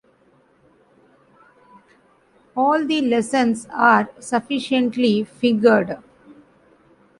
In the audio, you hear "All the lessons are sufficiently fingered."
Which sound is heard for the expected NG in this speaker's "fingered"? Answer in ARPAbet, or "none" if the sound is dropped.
none